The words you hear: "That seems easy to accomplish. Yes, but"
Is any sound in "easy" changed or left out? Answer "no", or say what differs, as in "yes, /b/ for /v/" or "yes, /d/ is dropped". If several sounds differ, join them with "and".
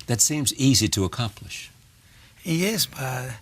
no